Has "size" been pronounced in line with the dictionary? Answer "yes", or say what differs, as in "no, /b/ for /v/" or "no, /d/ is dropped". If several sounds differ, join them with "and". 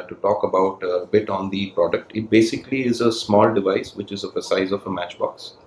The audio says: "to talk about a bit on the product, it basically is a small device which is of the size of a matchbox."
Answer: yes